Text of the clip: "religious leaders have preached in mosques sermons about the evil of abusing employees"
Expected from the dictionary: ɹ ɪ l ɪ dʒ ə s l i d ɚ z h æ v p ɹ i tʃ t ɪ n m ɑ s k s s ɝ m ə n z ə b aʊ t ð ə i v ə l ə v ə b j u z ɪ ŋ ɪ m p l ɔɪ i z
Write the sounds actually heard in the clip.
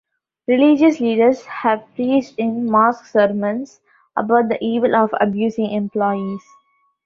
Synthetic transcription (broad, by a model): ɹ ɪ l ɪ dʒ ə s l i d ɚ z h æ v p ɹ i s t ɪ n m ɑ s k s s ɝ m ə n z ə b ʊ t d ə i v ə l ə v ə b j u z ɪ ŋ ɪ m p l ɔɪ i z